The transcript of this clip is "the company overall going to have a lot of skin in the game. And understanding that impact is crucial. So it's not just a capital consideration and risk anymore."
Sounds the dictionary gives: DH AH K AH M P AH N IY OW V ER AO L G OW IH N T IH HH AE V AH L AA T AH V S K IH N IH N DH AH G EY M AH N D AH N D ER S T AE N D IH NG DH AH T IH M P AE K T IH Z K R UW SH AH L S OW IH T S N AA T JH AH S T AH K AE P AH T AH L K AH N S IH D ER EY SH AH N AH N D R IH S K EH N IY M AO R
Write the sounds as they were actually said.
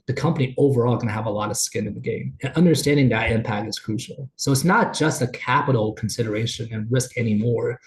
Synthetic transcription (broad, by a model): DH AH K AH M P AH N IY OW V ER AO L G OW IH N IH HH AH V AH L AA T AH V S K IH N IH N DH AH G EY M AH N AH N D ER S T AE N D IH NG DH AH T IH M P AE K T IH Z K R UW SH L S OW IH T S N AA T JH AH S T AH K AE P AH T L K N S IH D ER EY SH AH N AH N R IH S K EH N IY M AO R